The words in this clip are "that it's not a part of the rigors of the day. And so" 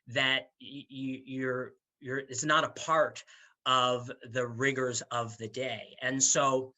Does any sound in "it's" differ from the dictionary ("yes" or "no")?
no